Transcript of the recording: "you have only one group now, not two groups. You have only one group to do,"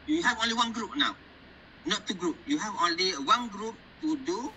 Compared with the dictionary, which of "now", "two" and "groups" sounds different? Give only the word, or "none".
groups